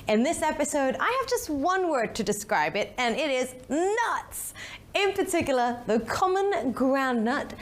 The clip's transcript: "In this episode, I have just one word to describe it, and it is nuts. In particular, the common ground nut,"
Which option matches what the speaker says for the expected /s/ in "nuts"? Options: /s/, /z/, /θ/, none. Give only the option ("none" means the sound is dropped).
/s/